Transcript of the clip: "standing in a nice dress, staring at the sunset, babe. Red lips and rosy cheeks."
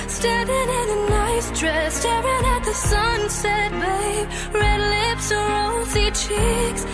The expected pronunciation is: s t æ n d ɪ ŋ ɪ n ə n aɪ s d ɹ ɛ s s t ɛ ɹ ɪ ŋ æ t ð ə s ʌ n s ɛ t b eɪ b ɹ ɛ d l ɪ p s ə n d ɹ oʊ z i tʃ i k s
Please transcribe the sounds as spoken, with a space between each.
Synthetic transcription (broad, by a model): s t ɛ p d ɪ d ɪ n ə n aɪ s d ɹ ɛ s s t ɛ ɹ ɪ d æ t ð ə s ʌ n s ɛ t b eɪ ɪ ɹ ɛ d l ɪ p s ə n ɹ oʊ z i tʃ i k s